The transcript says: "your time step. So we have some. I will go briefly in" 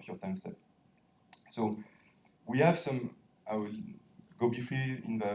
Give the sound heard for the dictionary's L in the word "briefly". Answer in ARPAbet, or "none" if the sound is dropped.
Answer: none